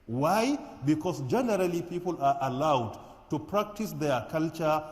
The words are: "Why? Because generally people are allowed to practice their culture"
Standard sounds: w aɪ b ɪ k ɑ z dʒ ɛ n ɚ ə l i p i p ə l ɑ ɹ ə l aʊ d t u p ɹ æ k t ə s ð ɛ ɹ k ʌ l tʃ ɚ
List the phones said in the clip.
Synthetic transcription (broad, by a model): w aɪ b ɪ k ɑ s dʒ ɛ n ɚ ə l i p i p ə l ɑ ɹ ə l aʊ d t u p ɹ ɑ k t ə s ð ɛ k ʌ l tʃ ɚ